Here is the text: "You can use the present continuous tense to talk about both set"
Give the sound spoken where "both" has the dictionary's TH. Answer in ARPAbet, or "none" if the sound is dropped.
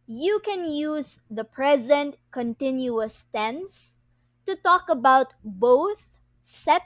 TH